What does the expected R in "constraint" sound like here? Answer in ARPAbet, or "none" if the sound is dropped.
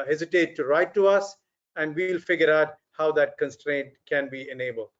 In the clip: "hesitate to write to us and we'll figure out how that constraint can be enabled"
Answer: R